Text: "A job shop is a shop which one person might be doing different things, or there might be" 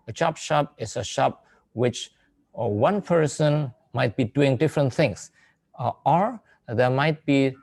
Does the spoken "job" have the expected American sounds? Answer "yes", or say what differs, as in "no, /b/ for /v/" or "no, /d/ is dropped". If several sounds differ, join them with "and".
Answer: no, /tʃ/ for /dʒ/